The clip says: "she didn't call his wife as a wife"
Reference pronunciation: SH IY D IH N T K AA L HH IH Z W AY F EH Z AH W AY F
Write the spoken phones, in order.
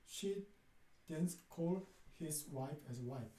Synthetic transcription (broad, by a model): SH IY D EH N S K AA L HH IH S W AY F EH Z AH W AY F